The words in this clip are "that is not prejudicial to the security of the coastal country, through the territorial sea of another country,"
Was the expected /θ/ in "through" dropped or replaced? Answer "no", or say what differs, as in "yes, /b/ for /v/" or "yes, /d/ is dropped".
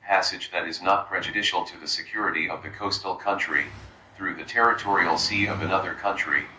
no